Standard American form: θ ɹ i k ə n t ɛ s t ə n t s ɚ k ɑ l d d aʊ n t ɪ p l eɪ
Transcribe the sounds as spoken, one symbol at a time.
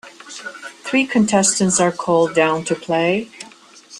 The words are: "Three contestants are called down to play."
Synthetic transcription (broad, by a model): θ ɹ i k ə n t ɛ s t ə n t s ɚ k ɑ l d d aʊ n t ɪ p l eɪ